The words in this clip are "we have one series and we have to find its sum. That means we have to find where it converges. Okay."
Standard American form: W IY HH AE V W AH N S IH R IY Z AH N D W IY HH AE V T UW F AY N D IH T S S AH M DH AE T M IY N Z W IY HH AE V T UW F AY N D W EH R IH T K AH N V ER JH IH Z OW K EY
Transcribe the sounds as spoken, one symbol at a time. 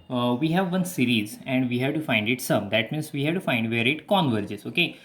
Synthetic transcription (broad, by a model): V IY HH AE V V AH N S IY R IY Z AH N D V IY HH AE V T UW F AY N D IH T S S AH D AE T M IY N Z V IY HH AE V T UW F AY N D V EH R IH T K AH N V ER JH IH Z OW K EY